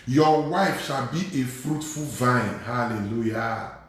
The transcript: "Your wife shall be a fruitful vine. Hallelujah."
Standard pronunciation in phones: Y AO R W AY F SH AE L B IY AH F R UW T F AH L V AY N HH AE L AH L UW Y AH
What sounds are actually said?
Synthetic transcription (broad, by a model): Y AO W AY F SH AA L B IY AH F R UW T F AH L V AY N HH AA L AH L UW Y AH